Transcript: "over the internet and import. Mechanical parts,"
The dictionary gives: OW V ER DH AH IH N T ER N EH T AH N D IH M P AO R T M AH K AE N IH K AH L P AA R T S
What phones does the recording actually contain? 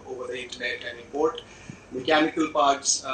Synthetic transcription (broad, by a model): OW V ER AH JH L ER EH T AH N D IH P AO R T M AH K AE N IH K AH L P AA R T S